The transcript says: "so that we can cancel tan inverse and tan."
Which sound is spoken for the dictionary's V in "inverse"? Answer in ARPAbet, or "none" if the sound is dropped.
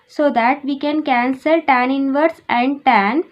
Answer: V